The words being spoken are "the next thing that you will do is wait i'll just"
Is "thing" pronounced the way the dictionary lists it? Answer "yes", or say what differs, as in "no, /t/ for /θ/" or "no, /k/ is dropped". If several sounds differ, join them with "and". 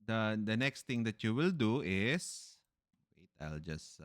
no, /t/ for /θ/